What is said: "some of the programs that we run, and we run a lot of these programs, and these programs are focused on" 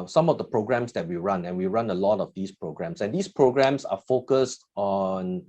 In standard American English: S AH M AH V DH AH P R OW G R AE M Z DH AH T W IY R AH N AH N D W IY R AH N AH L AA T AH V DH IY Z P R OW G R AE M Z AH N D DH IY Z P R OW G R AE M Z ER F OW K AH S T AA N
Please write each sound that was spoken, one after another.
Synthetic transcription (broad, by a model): S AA M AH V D AH P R OW G R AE M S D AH T W IY R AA N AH N W IY R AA N AH L AA T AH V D IY S P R OW G R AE M S AH N D IY S P R OW G R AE M S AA F OW K AH S T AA N